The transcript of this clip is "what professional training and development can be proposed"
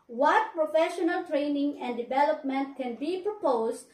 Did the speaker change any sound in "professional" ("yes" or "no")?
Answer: no